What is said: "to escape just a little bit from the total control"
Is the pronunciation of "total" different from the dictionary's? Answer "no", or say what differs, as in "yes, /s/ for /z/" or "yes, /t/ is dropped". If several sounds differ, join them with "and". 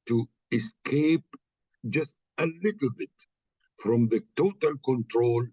no